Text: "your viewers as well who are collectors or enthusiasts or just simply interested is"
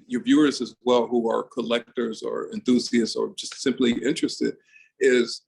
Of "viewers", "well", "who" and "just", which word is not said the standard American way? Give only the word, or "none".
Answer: none